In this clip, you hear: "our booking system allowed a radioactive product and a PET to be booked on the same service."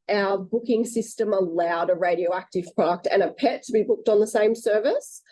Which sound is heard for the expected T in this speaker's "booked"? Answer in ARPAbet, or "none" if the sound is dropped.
T